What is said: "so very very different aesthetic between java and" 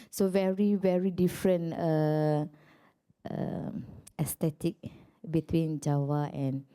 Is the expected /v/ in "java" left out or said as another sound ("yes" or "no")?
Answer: yes